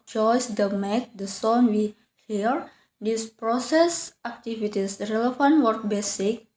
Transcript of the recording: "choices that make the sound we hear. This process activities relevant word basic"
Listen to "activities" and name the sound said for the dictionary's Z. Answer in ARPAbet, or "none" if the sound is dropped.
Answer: S